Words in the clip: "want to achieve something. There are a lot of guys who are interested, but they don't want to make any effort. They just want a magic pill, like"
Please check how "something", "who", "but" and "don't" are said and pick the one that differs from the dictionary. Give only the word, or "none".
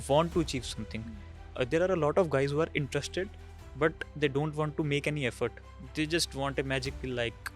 something